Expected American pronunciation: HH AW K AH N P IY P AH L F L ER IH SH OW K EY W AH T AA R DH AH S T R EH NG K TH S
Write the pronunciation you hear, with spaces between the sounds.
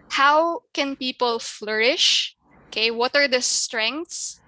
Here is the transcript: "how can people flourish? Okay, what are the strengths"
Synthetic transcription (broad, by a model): HH AW K AH N P IY P AH L F L ER IH SH OW K EY W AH T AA R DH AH S T R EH NG K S S